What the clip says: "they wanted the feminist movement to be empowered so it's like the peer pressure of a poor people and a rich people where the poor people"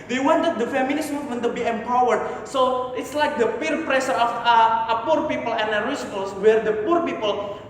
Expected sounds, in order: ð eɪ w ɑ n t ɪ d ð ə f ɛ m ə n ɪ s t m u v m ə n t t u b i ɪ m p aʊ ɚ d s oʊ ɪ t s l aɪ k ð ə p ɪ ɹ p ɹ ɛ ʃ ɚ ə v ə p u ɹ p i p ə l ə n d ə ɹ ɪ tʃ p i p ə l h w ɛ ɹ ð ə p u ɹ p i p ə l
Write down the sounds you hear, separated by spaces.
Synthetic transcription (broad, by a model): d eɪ w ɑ n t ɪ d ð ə f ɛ m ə n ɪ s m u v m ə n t t u b i ɪ m p aʊ ɚ d s oʊ ɪ t s l aɪ k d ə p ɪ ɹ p ɹ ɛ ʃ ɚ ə f ə p u ɹ p i p ə l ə n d ə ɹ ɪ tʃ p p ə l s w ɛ ɹ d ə p u ɹ p i p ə l